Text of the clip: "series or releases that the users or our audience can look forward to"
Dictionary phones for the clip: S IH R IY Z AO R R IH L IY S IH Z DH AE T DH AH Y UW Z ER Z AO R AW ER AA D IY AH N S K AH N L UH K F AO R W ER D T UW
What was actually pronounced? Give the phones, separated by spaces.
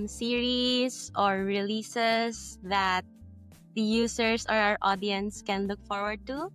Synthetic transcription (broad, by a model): S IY R IY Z AO R R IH L IY S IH S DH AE T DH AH Y UW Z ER S AO R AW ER AA D IY AH N S K AH N L UH K F AO R W ER D T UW